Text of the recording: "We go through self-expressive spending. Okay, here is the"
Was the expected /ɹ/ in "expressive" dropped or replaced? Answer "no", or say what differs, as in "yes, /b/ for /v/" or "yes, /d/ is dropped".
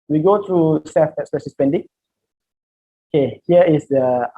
yes, /ɹ/ is dropped